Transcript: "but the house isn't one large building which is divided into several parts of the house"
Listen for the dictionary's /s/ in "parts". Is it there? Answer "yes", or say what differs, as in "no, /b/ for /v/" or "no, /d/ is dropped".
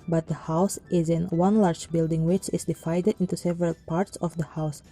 yes